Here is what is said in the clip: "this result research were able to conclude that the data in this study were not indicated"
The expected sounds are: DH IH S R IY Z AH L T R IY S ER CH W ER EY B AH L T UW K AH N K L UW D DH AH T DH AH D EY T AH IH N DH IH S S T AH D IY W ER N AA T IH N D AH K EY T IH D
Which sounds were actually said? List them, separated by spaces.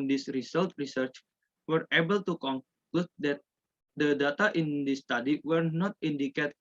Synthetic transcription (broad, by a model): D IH S R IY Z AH L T R IY S ER CH W ER EY B AH L T UW K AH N K L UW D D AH T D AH D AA T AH IH N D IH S S T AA D IY W ER N AA T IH N D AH K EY T